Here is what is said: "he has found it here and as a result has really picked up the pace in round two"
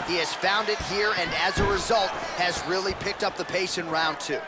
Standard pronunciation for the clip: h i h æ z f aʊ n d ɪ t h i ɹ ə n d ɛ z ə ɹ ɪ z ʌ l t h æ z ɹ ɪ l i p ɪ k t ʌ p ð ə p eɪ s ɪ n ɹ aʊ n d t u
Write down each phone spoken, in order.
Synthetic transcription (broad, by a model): h i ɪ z f aʊ n d ɪ t h i ɹ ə n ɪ z ə ɹ ɪ z ʌ l t h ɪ z ɹ ɪ l i p ɪ k t ʌ p ð ə p eɪ ʃ ɪ n ɹ aʊ n t u